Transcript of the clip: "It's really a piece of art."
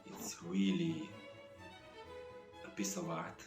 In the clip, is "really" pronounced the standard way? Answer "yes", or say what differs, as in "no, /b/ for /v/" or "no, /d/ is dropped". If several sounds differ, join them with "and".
no, /w/ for /ɹ/